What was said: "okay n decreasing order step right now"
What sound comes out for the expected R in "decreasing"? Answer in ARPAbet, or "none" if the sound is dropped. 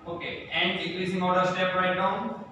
L